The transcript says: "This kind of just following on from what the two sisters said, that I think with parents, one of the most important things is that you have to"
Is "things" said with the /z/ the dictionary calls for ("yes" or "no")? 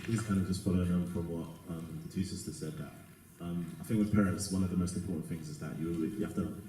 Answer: yes